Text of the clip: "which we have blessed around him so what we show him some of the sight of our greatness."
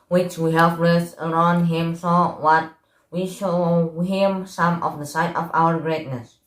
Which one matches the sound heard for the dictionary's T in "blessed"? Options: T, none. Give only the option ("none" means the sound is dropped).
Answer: none